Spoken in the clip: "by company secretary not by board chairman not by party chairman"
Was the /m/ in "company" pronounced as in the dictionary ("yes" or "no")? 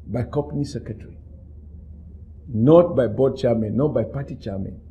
no